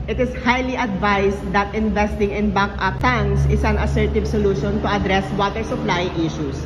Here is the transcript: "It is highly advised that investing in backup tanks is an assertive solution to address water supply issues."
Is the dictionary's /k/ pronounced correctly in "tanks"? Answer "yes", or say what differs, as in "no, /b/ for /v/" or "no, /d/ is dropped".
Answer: no, /k/ is dropped